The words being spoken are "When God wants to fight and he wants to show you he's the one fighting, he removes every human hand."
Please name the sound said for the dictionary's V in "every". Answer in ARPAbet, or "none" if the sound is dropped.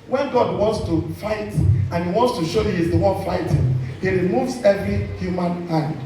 V